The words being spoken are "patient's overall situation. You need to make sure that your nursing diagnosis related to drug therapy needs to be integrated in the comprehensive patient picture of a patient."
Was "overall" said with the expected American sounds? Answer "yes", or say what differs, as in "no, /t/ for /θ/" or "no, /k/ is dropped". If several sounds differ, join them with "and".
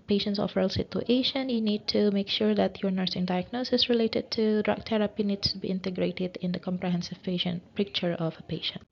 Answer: no, /f/ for /v/